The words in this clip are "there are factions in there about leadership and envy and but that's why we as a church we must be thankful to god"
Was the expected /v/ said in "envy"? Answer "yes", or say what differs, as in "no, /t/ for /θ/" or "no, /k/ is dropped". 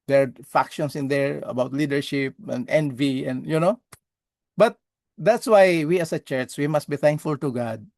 yes